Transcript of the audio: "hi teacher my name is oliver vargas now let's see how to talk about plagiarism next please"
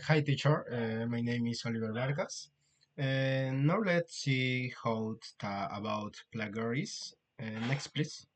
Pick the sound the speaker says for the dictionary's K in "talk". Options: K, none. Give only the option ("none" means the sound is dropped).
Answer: none